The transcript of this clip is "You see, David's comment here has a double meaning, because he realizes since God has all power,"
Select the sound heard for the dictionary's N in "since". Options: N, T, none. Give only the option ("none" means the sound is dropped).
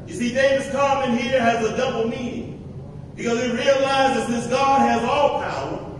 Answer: none